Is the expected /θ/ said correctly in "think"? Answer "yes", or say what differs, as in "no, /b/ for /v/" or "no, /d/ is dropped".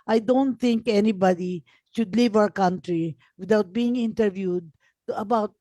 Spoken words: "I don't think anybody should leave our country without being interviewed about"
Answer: no, /t/ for /θ/